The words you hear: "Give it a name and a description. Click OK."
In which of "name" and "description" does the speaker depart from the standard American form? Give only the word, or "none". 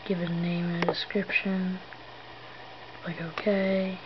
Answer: name